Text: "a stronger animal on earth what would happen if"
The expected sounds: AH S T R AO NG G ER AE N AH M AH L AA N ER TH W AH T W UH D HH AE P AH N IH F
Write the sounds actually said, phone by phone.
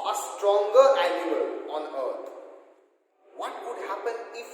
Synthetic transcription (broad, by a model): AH S T R AO NG G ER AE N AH AH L AA N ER T W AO T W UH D HH AE P AH N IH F